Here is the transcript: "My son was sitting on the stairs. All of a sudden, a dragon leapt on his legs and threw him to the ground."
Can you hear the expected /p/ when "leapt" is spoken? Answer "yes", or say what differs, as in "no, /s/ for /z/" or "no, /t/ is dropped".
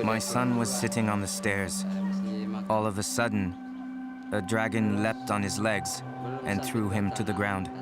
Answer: yes